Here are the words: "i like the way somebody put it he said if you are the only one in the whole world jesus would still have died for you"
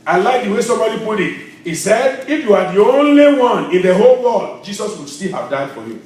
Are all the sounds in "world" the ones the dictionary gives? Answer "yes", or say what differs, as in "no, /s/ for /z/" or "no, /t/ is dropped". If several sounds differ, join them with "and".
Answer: no, /l/ is dropped